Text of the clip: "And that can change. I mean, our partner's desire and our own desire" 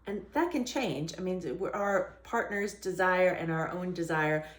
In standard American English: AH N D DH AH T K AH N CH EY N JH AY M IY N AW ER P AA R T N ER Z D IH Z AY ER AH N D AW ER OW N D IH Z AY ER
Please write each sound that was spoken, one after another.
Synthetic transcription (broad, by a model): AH N DH AH T K AH N CH EY N JH AY M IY N AW ER P AA R T N ER Z D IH Z AY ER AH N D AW ER OW N D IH Z AY ER